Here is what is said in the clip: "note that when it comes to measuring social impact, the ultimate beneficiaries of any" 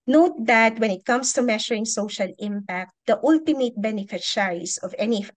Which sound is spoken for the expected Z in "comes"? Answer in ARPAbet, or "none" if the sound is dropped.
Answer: S